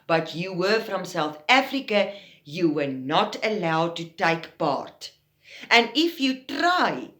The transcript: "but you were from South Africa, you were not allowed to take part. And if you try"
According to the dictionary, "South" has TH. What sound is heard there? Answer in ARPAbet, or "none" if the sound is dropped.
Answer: TH